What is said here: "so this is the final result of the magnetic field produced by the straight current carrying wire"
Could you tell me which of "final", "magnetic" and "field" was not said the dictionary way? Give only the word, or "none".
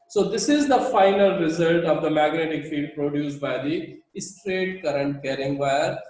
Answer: field